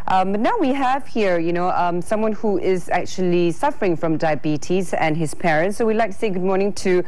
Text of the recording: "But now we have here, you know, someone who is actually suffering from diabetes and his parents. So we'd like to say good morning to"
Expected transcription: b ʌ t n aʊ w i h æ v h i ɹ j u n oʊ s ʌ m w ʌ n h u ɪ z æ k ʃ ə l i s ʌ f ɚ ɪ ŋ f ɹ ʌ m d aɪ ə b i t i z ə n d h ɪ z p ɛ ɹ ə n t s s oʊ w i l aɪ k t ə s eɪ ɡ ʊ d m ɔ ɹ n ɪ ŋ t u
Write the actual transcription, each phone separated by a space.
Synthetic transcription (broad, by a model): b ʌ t n aʊ w i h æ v h i ɹ j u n oʊ s ʌ m w ʌ n h u ɪ z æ k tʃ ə l i s ʌ f ɚ ɪ ŋ f ɹ ʌ m d aɪ ə b i t i z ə n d h ɪ z p ɛ ɹ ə n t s s oʊ w i l aɪ k t ə s eɪ ɡ ʊ d m ɔ ɹ n ɪ ŋ t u